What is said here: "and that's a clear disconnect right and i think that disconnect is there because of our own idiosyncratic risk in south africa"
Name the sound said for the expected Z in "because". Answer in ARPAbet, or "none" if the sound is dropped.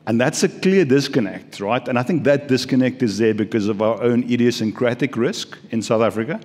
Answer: Z